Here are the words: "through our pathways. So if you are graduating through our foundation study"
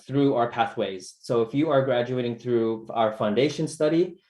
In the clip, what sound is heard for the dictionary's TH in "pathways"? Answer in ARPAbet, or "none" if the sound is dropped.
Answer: TH